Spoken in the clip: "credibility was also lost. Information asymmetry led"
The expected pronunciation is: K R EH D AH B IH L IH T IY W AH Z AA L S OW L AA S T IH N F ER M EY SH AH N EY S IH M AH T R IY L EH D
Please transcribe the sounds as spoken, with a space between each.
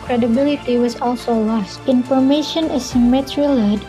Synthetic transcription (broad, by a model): K R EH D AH B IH L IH T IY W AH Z AA L S OW L AA S T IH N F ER M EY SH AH N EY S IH M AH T R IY L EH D